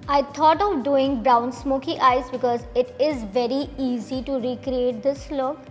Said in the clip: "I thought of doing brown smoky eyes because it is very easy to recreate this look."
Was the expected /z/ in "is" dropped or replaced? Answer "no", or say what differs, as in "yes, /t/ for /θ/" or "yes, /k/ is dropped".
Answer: no